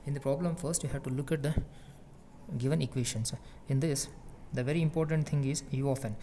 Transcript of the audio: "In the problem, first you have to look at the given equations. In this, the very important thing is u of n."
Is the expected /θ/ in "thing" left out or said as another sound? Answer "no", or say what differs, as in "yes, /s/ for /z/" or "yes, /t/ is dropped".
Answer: yes, /t/ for /θ/